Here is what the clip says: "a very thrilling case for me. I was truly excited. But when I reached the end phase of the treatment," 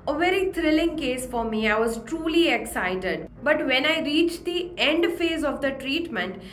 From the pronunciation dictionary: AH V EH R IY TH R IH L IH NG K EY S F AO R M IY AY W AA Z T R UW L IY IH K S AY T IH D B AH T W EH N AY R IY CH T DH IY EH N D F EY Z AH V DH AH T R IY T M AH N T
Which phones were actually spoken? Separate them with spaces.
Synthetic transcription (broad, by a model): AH V EH R IY T R IH L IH NG K EY S F AO R M IY AY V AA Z T R UW L IY IH K S AY T IH D B AH T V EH N AY R IY CH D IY EH N D F EY Z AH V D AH T R IY T M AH N T